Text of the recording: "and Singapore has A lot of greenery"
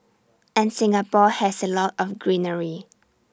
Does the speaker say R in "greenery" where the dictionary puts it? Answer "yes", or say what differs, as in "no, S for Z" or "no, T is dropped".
yes